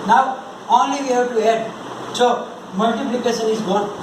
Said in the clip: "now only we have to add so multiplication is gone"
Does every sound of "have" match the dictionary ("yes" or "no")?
no